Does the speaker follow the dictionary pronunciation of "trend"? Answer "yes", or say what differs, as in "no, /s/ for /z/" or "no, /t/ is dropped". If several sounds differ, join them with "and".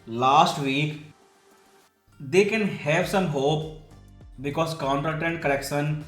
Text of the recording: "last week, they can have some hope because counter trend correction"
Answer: no, /ɹ/ is dropped